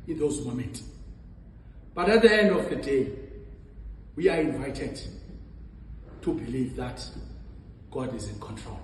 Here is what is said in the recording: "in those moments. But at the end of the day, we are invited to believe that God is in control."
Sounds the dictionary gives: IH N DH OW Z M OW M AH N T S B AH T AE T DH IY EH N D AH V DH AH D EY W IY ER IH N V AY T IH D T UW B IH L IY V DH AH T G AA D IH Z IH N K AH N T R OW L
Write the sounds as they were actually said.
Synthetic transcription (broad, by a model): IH N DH OW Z M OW M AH N T B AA T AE T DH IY EH N D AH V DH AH D EY W IY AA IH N V AY T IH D T UW B IH L IY V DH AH T G AA D IH Z IH N K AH N T R OW L